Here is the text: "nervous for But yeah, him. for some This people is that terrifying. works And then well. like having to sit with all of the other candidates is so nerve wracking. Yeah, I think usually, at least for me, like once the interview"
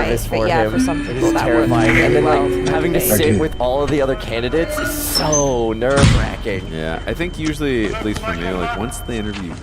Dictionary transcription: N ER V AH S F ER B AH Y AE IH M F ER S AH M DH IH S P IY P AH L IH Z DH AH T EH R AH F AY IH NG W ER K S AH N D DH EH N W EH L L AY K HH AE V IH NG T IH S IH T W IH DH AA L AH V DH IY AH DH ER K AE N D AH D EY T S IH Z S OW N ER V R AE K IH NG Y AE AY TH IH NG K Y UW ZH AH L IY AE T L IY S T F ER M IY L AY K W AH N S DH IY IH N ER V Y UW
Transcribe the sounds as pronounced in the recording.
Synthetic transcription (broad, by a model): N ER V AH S F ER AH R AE IH M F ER S AH M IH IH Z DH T EH R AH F AY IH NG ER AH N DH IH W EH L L HH AE V IH NG T IH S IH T W IH DH AA L AH V DH IY AH DH ER K AE N D AH D EY T S IH Z S OW N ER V R AE K IH NG Y AE AY TH IH NG K Y UW ZH L IY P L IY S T F ER M IY L AY K W AH N S DH IY IH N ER V Y UW